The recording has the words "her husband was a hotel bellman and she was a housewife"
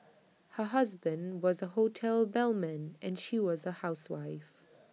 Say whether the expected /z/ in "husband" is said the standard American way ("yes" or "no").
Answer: yes